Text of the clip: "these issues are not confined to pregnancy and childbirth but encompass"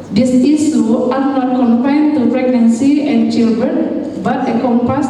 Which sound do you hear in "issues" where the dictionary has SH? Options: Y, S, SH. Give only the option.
S